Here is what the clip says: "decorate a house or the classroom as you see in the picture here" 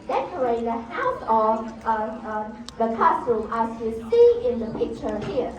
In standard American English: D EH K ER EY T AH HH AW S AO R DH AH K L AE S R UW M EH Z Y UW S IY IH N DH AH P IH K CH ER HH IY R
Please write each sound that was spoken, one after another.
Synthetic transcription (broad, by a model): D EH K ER EY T AH HH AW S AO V DH AH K AE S UW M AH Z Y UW S IY IH N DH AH P IH K CH ER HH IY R